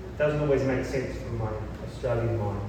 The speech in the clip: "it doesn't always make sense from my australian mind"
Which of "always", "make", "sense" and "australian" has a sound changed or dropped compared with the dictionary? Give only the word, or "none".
none